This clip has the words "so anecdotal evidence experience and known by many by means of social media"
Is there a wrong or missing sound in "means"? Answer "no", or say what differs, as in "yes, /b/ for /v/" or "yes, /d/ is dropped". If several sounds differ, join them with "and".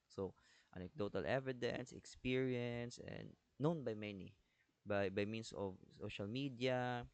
yes, /s/ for /z/